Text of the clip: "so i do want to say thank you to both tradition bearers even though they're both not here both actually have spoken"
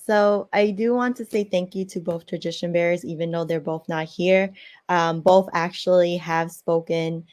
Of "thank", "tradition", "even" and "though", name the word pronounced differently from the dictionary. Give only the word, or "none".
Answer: none